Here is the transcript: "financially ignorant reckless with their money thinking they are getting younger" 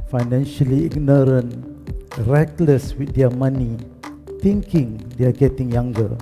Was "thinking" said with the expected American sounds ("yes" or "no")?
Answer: no